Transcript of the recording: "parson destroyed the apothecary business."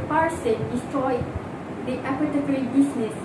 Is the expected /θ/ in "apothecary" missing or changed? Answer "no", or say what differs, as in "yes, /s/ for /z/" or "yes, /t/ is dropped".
yes, /t/ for /θ/